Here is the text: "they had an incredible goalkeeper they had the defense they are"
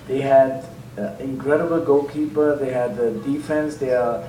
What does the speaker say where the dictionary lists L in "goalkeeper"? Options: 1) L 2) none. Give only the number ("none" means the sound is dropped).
2